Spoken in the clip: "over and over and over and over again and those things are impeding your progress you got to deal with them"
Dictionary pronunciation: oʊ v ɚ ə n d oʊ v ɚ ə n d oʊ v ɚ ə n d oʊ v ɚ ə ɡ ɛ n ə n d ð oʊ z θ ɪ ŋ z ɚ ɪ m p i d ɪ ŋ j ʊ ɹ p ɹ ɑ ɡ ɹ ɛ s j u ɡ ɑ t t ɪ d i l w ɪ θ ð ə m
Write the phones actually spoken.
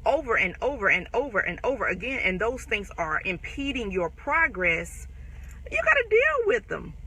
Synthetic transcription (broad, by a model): oʊ v ɚ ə n oʊ v ɚ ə n oʊ v ɚ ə n oʊ v ɚ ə ɡ ɛ n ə n ð oʊ z θ ɪ ŋ z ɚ ɪ m p i d ɪ ŋ j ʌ ɹ p ɹ ɑ ɡ ɹ ɛ s j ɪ ɡ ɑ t t ɪ d i l w ɪ ð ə m